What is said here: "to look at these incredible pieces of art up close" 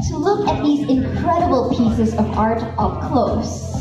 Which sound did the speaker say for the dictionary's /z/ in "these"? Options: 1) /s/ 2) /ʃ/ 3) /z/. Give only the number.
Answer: 3